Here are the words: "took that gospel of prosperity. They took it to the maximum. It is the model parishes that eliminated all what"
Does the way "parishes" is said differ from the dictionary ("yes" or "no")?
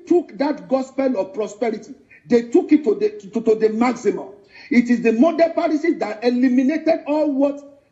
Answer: yes